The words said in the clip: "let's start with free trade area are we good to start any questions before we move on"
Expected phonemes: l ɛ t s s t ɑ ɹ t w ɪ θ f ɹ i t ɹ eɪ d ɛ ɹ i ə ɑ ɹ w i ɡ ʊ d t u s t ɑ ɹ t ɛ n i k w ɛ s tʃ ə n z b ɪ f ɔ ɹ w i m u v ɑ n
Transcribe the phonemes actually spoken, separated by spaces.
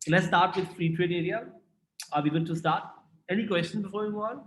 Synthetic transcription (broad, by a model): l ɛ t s s t ɑ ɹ t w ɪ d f ɹ i t ɹ eɪ d ɛ ɹ i ə ɑ ɹ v i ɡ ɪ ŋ t u s t ɑ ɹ t ɛ n i k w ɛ s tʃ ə n b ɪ f ɔ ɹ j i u ɑ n